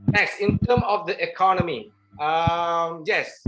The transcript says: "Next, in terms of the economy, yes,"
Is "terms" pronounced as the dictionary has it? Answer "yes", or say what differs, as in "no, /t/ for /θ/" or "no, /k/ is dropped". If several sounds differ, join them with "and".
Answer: no, /z/ is dropped